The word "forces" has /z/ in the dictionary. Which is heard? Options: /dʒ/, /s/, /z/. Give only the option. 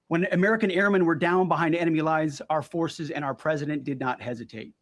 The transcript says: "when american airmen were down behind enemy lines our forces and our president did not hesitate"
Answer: /z/